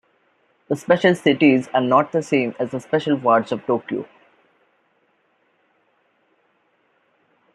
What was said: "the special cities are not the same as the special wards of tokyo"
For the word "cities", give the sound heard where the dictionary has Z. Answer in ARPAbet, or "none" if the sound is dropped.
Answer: Z